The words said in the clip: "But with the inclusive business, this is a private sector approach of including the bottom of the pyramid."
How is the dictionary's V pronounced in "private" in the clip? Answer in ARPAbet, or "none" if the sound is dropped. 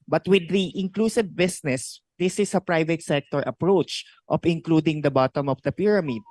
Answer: V